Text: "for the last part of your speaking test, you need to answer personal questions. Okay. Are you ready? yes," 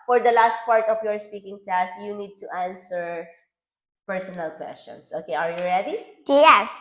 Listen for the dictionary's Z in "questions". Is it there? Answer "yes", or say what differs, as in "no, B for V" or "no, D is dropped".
no, S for Z